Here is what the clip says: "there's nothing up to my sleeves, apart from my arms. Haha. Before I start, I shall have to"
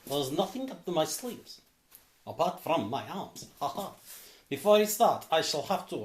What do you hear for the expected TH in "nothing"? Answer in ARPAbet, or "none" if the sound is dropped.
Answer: TH